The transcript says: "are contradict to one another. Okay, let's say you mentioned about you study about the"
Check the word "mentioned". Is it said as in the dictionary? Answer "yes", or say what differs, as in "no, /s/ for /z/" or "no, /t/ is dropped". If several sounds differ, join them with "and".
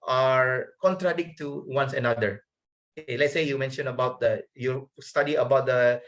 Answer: no, /d/ is dropped